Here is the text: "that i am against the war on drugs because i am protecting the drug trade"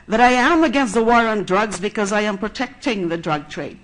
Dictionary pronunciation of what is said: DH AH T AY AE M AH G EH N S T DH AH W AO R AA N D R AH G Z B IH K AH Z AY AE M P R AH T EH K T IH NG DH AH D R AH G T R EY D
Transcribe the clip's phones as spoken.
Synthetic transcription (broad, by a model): DH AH T AY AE M AH G EH N S T DH AH W AO R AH N D R AH G Z B IH K AH Z AY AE M P R AH T EH K T IH NG DH AH D R AH G T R EY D